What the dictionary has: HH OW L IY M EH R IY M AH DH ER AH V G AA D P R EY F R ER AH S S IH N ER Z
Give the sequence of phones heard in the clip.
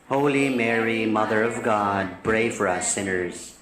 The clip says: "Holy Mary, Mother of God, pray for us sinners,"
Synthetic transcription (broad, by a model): HH OW L IY M EH R IY M AH DH ER AH V G AA D B R EY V R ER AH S S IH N ER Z